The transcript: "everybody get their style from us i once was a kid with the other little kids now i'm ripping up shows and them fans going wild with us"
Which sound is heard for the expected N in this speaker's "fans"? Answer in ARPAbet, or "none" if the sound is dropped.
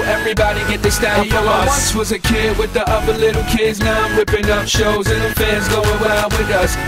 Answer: none